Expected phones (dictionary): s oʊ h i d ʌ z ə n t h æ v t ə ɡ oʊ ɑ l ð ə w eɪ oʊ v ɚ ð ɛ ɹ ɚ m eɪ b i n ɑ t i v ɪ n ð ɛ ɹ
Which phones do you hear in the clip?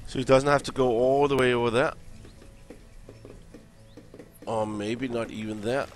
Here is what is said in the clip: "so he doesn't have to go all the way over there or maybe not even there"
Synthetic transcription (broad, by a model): s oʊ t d ʌ z n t h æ f t ə ɡ oʊ ɑ l ð ə w eɪ oʊ v ɚ ð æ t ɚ m eɪ b i n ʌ t i v ɪ n ð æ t